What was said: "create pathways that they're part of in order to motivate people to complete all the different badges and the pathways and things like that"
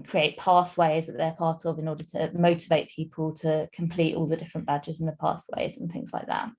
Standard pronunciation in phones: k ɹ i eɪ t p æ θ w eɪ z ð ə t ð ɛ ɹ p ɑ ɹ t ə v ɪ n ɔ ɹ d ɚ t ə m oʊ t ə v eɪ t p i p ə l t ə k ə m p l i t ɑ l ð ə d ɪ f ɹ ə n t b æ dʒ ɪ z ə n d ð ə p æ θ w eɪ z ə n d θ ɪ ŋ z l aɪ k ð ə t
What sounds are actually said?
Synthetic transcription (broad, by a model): k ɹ i eɪ t p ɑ θ w eɪ z ð ə t ð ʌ p ɑ t ə v ɪ n ɔ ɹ d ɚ t ə m oʊ t ə v eɪ t p i p ə l t ə k ə m p l i t ɑ l ð ə d ɪ f ɹ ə n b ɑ dʒ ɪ z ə n ð ə p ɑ θ w eɪ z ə n θ ɪ ŋ z l aɪ k ð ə t